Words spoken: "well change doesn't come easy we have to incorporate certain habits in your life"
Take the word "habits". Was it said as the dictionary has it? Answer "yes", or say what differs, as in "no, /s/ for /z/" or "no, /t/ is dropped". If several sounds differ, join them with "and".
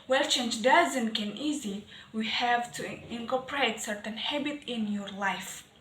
no, /s/ is dropped